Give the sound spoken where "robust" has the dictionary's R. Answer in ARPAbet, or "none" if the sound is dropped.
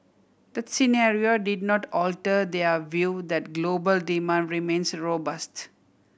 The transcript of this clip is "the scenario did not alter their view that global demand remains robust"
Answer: R